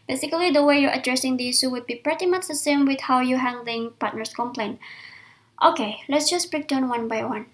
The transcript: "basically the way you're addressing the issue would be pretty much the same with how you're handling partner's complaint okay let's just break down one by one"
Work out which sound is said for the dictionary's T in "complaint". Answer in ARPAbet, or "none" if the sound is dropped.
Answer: T